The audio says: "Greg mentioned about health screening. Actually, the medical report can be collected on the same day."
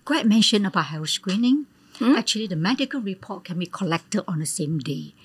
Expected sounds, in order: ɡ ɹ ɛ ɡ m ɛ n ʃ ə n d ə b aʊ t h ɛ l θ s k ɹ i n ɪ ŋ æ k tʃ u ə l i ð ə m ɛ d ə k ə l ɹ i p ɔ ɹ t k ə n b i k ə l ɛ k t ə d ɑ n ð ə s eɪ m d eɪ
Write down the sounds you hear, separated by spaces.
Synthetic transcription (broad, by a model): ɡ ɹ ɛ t m ɛ n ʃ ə n ə b aʊ t h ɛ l s k ɹ i n ɪ ŋ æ k tʃ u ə l i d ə m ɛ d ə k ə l ɹ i p ɔ t k ə n b i k ə l ɛ k t ə d ɑ n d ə s eɪ m d eɪ